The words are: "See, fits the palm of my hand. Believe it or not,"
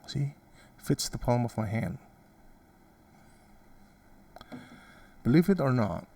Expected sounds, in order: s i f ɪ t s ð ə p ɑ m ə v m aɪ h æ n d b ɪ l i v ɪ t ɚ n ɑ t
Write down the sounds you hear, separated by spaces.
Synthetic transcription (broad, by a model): s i f ɪ t s ð ə p ɑ m ə v m aɪ h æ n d b ɪ l i v ɪ t ɚ n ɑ t